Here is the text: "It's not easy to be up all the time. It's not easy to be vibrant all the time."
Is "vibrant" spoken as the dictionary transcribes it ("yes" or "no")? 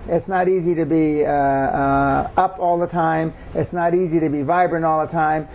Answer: no